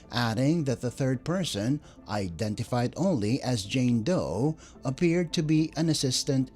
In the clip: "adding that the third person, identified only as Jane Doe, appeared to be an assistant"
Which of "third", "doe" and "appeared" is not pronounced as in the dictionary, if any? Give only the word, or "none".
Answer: none